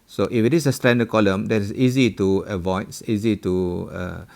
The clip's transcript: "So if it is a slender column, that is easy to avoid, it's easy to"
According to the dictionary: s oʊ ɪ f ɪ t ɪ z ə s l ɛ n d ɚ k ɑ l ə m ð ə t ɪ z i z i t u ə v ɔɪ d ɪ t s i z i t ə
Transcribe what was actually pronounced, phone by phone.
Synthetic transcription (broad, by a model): s oʊ ɪ f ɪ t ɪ s ə s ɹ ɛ n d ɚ k ɑ l ə m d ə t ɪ s i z i t u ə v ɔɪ ɪ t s i z i t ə